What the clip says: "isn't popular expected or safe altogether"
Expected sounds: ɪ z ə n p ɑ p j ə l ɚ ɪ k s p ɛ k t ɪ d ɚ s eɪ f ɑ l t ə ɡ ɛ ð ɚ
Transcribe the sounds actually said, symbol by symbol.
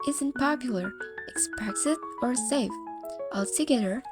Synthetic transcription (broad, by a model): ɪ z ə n p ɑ p j l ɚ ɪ k s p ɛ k s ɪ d ɚ s eɪ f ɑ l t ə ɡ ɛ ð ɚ